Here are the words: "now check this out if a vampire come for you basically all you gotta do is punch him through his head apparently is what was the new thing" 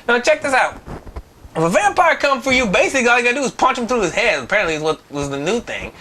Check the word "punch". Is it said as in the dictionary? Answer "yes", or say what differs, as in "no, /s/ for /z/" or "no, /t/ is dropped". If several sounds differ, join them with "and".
yes